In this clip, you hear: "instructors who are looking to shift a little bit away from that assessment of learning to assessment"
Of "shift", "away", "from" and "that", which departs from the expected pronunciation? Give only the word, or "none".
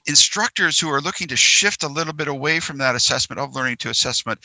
none